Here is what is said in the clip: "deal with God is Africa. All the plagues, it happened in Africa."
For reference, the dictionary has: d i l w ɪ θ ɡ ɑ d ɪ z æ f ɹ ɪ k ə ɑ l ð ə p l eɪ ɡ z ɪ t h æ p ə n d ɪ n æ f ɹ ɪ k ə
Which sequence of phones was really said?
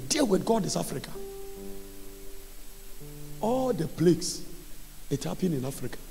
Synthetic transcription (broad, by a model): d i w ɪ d ɡ ɑ d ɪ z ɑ f ɹ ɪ k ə ɑ l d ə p l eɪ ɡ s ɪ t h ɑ p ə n ɪ n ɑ f ɹ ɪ k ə